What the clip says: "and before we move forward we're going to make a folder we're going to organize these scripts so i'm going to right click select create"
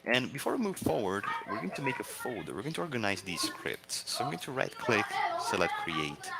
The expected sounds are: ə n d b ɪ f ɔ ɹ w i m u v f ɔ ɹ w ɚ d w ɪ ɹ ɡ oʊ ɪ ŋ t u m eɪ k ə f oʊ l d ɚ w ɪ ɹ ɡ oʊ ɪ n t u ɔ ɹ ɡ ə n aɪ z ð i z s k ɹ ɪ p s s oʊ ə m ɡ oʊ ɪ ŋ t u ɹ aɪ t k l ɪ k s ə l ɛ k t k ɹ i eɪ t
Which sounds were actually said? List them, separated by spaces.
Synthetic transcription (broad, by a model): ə n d b ɪ f ɔ ɹ w i m u v f ɔ ɹ w ɚ d w ɪ ɹ ɡ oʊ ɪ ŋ t u m eɪ k ə f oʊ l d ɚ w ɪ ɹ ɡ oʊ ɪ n t u ɔ ɹ ɡ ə n aɪ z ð i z s k ɹ ɪ p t s oʊ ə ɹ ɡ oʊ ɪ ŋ t u ɹ aɪ t k l ɪ k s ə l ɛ t k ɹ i eɪ t